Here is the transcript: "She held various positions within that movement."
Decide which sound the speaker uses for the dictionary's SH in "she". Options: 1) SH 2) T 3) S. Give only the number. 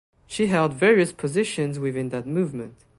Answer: 1